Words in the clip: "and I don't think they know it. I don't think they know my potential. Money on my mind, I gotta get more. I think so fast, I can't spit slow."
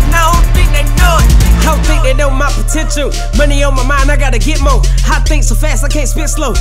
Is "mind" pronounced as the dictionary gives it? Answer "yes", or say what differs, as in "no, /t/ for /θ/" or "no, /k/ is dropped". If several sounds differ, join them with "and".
no, /d/ is dropped